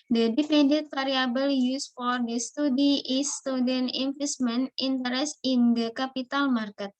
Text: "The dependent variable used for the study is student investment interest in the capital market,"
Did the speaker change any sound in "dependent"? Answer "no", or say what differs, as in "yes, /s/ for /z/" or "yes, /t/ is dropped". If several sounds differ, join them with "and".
yes, /f/ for /p/